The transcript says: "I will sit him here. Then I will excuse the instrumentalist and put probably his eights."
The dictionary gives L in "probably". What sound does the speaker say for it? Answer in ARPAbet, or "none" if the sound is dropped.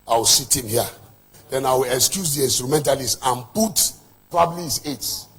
L